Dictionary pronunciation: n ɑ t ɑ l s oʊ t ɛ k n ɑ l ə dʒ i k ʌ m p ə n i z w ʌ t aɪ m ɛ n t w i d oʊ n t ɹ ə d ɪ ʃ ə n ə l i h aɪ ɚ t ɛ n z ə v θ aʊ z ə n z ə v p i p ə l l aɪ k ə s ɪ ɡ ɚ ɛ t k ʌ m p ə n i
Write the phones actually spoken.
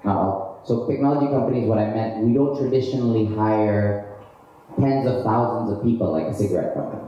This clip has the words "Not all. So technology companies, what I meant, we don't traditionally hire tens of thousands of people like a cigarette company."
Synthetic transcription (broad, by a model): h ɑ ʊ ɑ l s oʊ t ɛ k n ɑ l ə dʒ i k ʌ m p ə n i z w ʌ t aɪ m ɛ n t w i d oʊ n t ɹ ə d ɪ ʃ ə n l i h aɪ ɚ t ɛ n z ə v θ aʊ z ə n z ə v p i p l l aɪ k ə s ɪ ɡ ɚ ɛ t k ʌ m p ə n i